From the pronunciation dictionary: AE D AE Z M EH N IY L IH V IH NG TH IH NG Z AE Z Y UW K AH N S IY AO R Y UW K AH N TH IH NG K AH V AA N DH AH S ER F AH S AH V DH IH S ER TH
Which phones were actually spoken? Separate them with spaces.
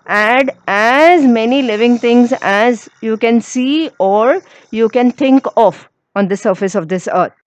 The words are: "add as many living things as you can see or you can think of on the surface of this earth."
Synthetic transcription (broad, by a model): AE D AE Z M EH N IY L IH V IH NG T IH NG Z AE Z Y UW K AH N S IY AO R Y UW K AH N T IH NG K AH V AA N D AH S ER F AH S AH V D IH S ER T